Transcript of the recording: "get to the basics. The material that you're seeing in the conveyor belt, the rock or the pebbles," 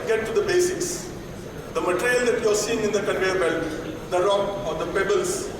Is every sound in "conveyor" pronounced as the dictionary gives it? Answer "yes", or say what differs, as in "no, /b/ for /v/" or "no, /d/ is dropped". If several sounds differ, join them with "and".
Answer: no, /v/ is dropped